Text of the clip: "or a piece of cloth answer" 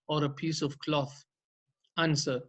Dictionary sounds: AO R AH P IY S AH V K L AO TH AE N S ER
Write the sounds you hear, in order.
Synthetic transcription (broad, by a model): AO R AH P IY S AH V K L AO TH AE N S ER